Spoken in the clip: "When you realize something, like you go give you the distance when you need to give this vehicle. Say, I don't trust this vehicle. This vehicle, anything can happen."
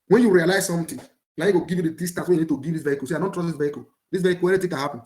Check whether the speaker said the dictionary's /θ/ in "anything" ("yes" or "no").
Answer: no